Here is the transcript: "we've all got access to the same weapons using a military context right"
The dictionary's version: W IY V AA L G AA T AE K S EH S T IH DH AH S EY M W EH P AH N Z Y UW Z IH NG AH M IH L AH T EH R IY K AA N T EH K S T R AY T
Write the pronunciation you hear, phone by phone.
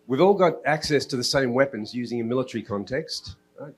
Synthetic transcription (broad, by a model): W IY V AA L G AA T AE K S EH S T IH DH AH S EY M W EH P AH N Z Y UW Z IH NG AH M IH L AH T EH R IY K AA N T EH K S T T